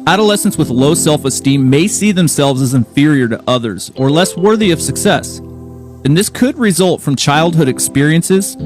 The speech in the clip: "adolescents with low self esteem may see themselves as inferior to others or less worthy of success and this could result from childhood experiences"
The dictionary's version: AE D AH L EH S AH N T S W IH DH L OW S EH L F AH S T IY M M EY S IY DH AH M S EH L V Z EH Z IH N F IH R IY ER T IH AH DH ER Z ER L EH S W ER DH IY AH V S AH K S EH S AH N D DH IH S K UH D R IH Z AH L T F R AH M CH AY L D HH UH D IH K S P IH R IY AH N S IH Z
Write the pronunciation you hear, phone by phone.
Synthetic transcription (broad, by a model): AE D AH L EH S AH N T S W IH DH L OW S EH L F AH S T IY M M EY S IY DH AH M S EH L V Z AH Z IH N F IH R IY ER T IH AH DH ER Z ER L EH S W ER DH IY AH V S AH K S EH S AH N DH IH S K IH D R IH Z AH L T F R AH M CH AY L D HH UH D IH K S P IH R IY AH N S IH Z